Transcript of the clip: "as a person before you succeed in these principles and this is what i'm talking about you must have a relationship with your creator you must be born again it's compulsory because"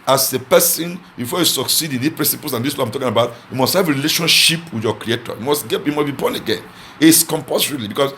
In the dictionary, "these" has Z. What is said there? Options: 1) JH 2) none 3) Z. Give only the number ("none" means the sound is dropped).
2